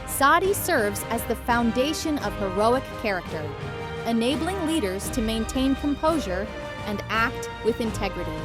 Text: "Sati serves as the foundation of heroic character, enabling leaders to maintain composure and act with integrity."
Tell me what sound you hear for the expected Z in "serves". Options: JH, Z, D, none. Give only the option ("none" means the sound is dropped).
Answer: Z